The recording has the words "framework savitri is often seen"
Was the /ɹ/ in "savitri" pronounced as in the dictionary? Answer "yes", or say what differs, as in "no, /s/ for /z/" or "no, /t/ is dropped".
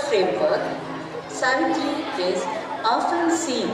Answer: no, /ɹ/ is dropped